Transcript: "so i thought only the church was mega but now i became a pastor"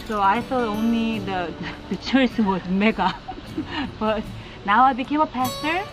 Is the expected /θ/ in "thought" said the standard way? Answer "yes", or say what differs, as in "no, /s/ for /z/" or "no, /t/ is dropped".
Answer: no, /s/ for /θ/